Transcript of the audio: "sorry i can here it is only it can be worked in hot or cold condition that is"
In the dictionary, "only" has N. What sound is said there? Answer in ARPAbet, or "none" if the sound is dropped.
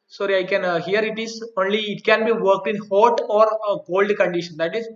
N